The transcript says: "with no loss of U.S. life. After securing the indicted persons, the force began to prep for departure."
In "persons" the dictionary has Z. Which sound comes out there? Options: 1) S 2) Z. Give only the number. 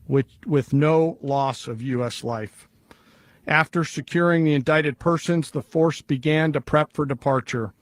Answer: 2